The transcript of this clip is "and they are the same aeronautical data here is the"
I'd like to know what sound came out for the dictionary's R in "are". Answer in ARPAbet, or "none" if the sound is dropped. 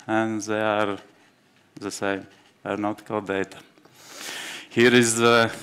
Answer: R